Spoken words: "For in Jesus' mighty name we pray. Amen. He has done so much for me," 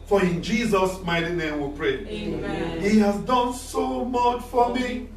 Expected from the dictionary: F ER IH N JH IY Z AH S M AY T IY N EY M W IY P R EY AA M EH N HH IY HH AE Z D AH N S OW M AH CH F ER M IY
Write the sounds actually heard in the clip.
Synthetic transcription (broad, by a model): F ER IH N JH IY Z AH S M AY T IY N EY M W IY P R EY HH IY HH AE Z D AH N S OW M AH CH F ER M IY